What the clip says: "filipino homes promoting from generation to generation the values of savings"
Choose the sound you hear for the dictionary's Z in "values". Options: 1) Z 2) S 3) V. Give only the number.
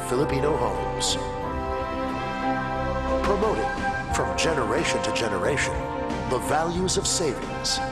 1